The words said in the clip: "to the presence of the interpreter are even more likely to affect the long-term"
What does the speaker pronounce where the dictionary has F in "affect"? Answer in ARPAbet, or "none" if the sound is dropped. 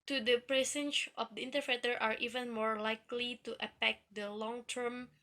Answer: P